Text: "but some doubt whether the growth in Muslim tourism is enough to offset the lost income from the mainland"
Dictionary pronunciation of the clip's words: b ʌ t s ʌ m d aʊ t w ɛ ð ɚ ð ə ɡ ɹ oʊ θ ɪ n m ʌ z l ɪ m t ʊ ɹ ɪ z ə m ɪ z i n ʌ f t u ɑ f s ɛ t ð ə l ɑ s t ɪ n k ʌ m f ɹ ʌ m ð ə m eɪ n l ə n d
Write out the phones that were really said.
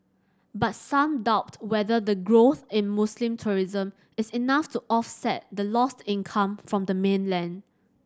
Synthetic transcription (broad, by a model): b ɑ t s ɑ m d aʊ t w ɛ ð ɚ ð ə ɡ ɹ oʊ θ ɪ n m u s l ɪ m t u ɹ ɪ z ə m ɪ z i n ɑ f t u ɑ f s ɛ t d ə l ɑ s t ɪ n k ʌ m f ɹ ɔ m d ə m eɪ n l ə n d